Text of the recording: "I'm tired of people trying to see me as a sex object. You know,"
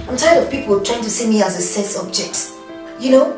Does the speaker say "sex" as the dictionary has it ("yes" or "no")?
no